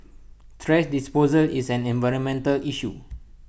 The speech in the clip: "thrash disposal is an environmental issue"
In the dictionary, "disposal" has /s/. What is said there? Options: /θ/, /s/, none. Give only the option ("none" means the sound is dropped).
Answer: /s/